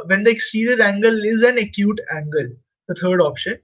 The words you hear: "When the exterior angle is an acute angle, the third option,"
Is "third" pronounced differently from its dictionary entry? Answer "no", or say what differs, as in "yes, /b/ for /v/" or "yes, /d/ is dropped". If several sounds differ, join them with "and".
yes, /t/ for /θ/